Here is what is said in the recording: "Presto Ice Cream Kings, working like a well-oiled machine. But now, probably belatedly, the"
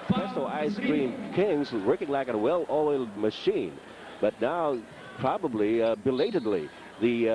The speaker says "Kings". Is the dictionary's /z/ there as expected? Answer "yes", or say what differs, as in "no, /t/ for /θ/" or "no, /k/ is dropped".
yes